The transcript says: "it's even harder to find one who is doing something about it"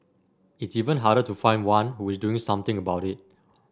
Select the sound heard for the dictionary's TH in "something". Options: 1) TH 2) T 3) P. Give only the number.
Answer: 2